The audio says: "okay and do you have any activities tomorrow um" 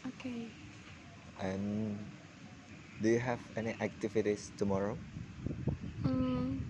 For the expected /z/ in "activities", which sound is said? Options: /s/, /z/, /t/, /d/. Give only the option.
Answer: /s/